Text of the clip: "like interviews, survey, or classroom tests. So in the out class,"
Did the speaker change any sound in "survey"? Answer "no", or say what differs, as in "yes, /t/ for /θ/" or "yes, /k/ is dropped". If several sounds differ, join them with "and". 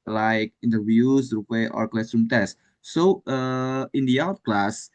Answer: yes, /p/ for /v/